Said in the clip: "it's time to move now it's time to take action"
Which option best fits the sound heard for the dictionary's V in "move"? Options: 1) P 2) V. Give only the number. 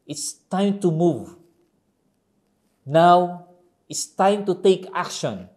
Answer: 2